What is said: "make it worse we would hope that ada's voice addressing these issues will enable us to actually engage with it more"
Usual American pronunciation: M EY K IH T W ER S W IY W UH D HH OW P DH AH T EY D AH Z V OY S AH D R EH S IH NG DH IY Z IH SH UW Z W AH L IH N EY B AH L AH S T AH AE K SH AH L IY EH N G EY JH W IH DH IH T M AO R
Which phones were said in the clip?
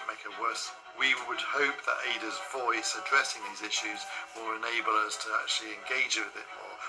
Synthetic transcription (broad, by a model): M EY K IH T W ER S W IY W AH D HH OW P DH AH T EY D AH Z V OY S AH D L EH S IH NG DH IY Z IH SH UW Z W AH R IH N EY B AH L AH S T AH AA K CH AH L IY EH N G EY JH W IH DH IH T M AO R